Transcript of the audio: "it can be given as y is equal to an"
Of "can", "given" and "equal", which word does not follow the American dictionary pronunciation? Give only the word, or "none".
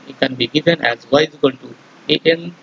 equal